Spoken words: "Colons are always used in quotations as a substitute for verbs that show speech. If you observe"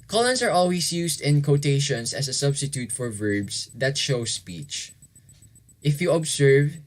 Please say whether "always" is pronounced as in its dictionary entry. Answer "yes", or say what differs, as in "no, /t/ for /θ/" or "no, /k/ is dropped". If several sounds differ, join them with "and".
no, /s/ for /z/